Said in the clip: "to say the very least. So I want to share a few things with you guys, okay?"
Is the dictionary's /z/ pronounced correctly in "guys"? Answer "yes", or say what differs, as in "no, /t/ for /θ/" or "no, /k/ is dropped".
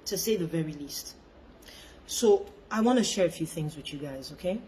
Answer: yes